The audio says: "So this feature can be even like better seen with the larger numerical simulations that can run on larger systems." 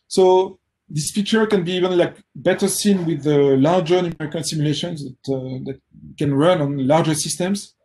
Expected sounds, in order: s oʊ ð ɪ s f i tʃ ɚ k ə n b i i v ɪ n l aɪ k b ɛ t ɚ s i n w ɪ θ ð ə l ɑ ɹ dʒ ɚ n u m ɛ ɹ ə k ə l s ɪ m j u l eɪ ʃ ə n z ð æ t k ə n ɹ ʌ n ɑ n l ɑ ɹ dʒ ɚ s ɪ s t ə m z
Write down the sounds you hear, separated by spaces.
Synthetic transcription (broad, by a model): s oʊ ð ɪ s f i tʃ ɚ k ə n b i i v ɪ n l aɪ k b ɛ t ɚ s i n w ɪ ð ə l ɑ ɹ dʒ ɚ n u m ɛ ɹ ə k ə n s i m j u l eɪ ʃ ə n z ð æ t k ə n ɹ ʌ n ɑ n l ɑ ɹ dʒ ɚ s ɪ s t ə m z